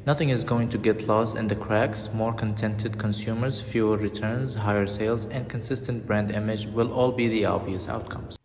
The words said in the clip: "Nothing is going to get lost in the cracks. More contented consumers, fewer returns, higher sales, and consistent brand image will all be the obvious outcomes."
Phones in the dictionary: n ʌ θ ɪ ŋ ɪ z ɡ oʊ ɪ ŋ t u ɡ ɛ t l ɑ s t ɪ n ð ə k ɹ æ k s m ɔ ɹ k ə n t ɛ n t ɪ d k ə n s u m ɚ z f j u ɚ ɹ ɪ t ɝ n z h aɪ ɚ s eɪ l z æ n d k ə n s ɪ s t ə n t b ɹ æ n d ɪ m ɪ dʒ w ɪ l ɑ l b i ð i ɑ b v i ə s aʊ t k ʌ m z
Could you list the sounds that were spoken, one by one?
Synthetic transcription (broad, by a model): n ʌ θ ɪ ŋ ɪ z ɡ oʊ ɪ ŋ t u ɡ ɛ t l ɑ s t ɪ n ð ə k ɹ æ k s m ɔ ɹ k ə n t ɛ n t ɪ d k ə n s u m ɚ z f j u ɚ ɹ ɪ t ɝ n z h aɪ ɚ s eɪ l z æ n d k ə n s ɪ s t ə n t b ɹ æ n d ɪ m ɪ dʒ w ɪ l ɑ l b i ð i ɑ v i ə s aʊ t k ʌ m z